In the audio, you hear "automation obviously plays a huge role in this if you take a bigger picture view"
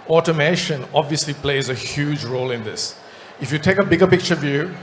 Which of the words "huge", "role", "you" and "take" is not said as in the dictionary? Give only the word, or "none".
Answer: none